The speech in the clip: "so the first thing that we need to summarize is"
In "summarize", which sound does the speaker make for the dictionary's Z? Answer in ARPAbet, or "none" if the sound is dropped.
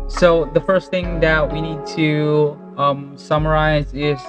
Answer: Z